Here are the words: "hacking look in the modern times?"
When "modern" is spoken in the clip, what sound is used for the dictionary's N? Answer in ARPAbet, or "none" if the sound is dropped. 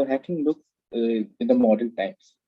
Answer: L